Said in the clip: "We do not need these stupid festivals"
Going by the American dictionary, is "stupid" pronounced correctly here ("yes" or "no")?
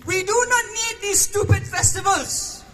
yes